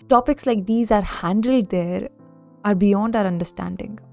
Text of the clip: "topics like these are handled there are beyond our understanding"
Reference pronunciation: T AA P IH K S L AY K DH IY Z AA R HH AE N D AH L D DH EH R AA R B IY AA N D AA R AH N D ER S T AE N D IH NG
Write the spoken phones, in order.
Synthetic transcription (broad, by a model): T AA P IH K S L AY K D IY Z AA R HH AE N D AH L D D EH R AA R B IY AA N D AA R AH N D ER S T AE N D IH NG